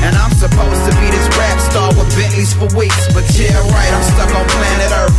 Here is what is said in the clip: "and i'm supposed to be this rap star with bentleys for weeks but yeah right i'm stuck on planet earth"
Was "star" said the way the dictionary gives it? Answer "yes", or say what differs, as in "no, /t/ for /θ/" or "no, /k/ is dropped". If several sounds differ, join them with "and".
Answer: no, /l/ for /ɹ/